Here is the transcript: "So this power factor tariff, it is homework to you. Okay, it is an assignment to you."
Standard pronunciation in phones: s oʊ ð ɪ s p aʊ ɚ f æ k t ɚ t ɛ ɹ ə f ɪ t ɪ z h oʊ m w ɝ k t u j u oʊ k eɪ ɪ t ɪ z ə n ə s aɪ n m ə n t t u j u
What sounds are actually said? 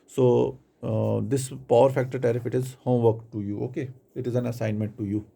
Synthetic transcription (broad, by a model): s oʊ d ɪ s p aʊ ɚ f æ k t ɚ t ɛ ɹ ə f ɪ t ɪ z h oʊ m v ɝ k t u j u oʊ k eɪ ɪ t ɪ z ə n ə s aɪ n m ə n t t u j u